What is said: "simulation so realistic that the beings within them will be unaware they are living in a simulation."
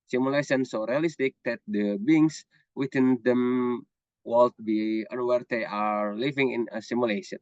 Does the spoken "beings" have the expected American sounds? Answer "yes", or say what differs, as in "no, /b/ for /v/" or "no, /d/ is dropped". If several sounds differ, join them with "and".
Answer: no, /s/ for /z/